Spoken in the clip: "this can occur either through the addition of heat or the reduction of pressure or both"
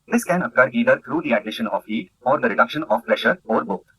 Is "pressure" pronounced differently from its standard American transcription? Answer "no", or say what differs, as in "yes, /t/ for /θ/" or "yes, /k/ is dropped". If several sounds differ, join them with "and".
no